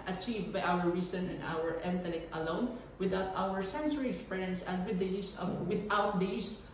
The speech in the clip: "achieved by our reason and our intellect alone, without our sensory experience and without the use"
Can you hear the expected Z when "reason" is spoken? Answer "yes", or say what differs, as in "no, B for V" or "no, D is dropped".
no, S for Z